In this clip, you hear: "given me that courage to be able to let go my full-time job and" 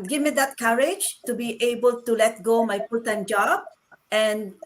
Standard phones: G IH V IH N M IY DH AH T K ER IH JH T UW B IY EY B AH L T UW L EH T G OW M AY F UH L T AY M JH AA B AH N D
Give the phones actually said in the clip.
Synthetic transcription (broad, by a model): G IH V M IY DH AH T K ER IH JH T UW B IY EY B AH L T UW L EH T G OW M AY P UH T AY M JH AA B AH N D